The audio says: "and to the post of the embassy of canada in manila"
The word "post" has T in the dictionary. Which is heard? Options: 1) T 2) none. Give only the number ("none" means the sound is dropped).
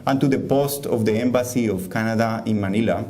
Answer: 1